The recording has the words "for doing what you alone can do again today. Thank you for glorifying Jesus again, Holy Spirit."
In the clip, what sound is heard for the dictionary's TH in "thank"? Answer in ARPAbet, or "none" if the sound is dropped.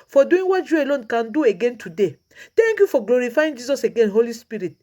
T